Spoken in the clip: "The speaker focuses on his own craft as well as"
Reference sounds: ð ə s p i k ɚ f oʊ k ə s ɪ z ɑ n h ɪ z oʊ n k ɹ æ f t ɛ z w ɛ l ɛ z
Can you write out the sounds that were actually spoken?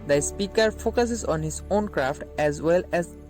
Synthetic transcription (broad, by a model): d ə s p i k ɚ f oʊ k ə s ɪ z ɑ n h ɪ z oʊ n k ɹ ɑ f t ɛ z w ɛ l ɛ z